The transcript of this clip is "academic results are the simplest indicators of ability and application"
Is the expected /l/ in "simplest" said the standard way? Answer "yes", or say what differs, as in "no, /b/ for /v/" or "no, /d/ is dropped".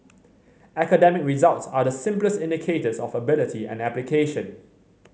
yes